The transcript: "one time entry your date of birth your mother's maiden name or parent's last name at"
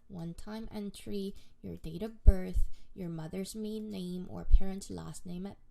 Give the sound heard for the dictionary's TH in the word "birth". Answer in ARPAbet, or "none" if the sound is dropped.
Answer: TH